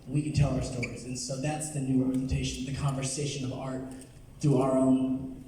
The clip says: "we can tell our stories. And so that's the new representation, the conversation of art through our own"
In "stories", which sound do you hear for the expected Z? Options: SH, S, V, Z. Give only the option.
Z